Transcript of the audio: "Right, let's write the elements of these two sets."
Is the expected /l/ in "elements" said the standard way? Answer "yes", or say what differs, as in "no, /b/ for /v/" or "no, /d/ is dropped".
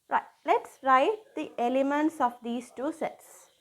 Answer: yes